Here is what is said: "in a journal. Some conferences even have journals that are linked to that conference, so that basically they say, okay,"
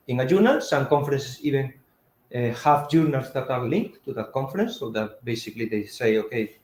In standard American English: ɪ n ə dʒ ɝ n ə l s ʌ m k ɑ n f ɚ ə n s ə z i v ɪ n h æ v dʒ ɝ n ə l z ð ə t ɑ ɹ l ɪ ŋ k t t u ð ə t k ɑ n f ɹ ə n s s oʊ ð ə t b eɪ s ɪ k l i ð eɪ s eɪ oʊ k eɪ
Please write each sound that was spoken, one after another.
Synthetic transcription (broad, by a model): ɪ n ə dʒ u n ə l s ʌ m k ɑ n f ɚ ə n s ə s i b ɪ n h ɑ f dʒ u n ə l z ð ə t ɑ ɹ l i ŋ k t t u ð ə t k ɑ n f ɹ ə n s s oʊ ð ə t b eɪ s ɪ k l i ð eɪ s eɪ oʊ k eɪ